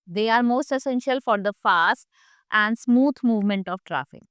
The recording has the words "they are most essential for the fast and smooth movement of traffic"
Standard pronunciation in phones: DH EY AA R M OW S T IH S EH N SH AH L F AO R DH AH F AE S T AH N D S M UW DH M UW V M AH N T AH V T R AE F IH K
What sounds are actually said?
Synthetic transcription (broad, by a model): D EY AA R M OW S T IH S EH N SH AH L F AO R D AH F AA S T AH N D S M UW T M UW V M AH N T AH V T R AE F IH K